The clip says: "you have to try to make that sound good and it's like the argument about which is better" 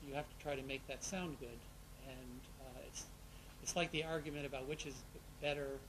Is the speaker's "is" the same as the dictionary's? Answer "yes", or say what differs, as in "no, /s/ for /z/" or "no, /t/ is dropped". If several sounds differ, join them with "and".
yes